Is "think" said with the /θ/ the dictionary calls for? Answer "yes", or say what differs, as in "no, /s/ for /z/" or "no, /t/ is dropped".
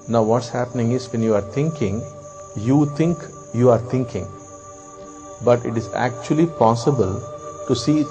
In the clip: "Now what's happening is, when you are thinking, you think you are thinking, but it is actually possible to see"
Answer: no, /t/ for /θ/